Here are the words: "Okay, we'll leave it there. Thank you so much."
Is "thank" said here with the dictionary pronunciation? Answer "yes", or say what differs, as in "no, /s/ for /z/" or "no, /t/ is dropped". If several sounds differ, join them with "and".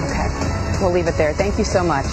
yes